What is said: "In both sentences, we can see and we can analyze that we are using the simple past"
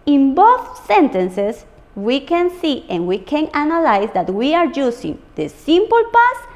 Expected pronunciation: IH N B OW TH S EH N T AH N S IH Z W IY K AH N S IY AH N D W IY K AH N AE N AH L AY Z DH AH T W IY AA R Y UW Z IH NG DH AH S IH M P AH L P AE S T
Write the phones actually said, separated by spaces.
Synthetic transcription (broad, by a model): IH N B OW TH S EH N T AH N S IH S W IY K AH N S IY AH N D W IY K AH N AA N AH L AY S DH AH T W IY AA R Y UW S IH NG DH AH S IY M P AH L P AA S